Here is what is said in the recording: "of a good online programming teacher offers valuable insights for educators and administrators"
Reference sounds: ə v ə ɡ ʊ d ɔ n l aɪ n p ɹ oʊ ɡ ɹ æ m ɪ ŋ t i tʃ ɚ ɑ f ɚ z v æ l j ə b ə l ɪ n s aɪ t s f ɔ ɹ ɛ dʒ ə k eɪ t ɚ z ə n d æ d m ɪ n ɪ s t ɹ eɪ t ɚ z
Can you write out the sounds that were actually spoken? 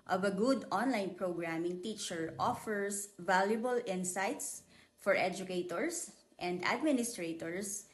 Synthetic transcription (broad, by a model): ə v ə ɡ ʊ d ɔ n l aɪ n p ɹ oʊ ɡ ɹ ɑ m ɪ ŋ t i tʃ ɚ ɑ f ɚ s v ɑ l j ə b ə l ɪ n s aɪ t s f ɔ ɹ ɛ dʒ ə k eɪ t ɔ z ə n d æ d m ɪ n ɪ s t ɹ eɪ t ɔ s